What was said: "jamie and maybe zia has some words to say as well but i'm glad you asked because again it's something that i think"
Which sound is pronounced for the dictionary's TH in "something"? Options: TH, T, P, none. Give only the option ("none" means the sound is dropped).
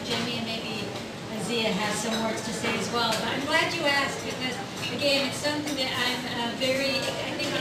TH